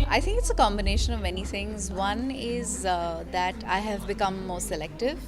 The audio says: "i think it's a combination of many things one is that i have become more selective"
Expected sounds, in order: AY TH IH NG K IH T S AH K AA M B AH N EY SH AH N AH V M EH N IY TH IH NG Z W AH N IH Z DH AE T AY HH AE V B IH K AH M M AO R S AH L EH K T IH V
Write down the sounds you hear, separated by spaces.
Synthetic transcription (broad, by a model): AY T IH NG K IH T S AH K AA M B AH N EY SH AH N AH V M EH N IY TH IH NG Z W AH N IH Z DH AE T AY HH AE V B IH K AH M M AO R S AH L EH K T IH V